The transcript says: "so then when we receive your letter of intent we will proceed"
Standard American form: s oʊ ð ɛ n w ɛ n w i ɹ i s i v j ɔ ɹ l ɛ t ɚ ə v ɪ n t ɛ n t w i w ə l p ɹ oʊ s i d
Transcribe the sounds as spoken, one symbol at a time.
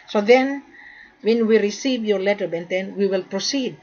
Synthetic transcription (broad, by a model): s oʊ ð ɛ n w ɛ n w i ɹ i s i v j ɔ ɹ l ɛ t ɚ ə b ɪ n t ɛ n w i w ə l p ɹ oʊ s i d